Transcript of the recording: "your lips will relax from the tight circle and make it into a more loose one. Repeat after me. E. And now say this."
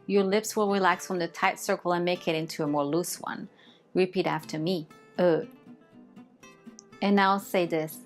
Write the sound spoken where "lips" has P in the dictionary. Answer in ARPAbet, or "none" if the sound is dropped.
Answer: P